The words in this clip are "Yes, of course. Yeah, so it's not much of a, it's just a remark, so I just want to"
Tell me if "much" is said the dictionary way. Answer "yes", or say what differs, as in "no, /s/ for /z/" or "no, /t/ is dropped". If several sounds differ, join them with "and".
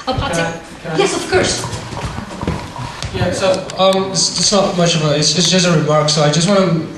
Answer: yes